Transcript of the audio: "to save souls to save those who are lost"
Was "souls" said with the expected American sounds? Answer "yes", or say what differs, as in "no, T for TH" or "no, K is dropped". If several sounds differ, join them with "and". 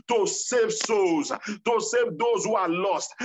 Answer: no, L is dropped